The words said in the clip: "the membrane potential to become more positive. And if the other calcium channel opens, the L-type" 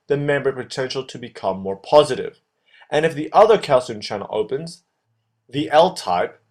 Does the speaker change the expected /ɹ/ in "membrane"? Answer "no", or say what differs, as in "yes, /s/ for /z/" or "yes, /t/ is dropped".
yes, /ɹ/ is dropped